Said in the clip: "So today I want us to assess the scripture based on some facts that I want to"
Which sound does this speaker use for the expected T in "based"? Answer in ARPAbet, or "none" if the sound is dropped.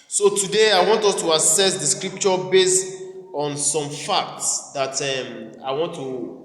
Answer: T